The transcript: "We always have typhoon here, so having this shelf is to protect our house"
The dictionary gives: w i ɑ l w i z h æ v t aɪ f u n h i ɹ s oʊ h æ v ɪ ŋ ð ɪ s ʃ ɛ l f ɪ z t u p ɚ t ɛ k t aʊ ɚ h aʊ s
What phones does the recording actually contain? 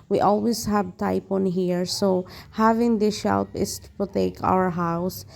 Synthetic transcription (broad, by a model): w i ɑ l w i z h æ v t aɪ p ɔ n h i ɹ s oʊ h æ v ɪ ŋ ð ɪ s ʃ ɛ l p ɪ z t u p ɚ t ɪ k aʊ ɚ h aʊ s